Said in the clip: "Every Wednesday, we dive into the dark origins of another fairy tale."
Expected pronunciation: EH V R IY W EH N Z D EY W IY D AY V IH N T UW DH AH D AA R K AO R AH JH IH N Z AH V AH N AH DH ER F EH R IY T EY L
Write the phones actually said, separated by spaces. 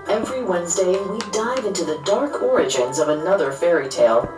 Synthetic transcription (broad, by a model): EH V R IY W EH N Z D EY W IY D AY V IH N T UW DH AH D AA R K AO R AH JH IH N Z AH V AH N AH DH ER F EH R IY T EY L